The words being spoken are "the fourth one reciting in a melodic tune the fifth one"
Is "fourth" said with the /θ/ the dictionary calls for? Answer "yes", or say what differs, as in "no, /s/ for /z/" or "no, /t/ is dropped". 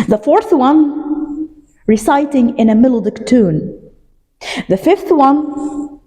yes